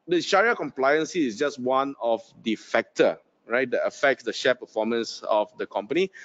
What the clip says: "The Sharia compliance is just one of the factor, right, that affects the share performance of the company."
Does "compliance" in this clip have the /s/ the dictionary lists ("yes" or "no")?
yes